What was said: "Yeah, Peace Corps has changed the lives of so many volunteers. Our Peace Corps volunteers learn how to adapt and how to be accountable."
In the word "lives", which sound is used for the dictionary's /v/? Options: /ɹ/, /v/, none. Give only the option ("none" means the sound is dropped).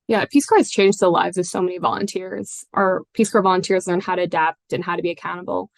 /v/